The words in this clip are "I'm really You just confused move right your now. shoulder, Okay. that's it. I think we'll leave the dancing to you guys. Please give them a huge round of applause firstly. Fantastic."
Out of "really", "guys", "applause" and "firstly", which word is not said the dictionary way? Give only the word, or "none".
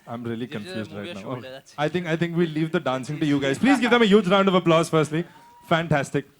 really